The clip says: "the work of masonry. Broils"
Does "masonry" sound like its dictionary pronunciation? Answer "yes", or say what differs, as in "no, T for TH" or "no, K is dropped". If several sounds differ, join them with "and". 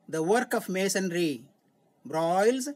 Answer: yes